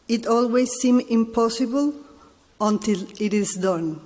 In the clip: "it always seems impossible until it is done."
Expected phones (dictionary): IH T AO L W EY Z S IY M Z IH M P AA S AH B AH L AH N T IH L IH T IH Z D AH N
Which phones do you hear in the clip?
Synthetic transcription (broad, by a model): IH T AO L W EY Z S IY M IH M P AA S AH B AH L AH N T IH L IH T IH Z D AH N